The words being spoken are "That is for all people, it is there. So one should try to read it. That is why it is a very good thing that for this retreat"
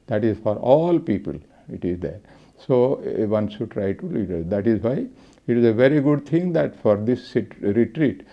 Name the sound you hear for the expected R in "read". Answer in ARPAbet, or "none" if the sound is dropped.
L